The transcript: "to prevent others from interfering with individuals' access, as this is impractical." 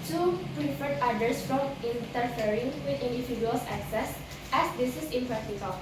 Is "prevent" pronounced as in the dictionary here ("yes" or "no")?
no